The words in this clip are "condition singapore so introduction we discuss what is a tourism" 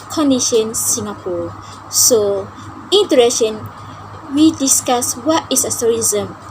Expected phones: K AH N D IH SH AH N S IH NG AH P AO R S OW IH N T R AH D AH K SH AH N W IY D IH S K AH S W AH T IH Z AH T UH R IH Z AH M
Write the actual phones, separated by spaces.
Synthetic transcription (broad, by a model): K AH N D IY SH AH N S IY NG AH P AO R S OW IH N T AH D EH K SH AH N W IY D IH S K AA S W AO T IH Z AH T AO R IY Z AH M